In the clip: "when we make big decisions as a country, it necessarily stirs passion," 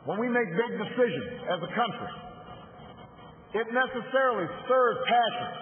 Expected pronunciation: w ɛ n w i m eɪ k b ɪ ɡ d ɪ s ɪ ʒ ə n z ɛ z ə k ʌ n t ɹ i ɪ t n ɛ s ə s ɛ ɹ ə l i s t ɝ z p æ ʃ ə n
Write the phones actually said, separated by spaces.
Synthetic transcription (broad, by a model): w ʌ n w i m eɪ k b ɪ ɡ d ɪ s ɪ ʒ ə n z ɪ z ə k ʌ n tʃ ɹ i ɪ t n ɛ s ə s ɛ ɹ l i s ɝ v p æ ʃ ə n